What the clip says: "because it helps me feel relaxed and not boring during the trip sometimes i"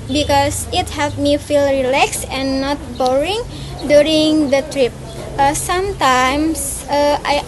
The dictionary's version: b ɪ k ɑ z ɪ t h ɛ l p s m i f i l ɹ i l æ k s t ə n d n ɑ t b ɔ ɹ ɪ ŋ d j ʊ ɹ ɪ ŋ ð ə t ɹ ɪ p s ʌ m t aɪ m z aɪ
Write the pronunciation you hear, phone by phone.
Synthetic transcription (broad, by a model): b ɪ k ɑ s ɪ t h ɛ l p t m i f i l ɹ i l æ k s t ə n n ɑ t b ɔ ɹ ɪ ŋ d j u ɹ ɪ ŋ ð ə t ɹ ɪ p s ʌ m t aɪ m s aɪ